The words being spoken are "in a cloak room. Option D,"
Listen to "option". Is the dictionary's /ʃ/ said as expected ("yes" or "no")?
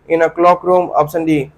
no